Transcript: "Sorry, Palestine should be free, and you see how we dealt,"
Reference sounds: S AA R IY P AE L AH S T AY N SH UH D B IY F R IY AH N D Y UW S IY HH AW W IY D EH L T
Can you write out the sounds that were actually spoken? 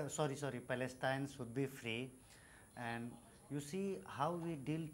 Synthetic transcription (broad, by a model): S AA R IY P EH L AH S T AY N S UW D B IY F R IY AH N D Y UW S IY HH AW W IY D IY L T